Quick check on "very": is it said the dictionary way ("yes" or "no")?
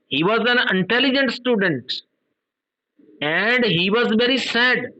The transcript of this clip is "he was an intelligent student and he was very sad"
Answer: yes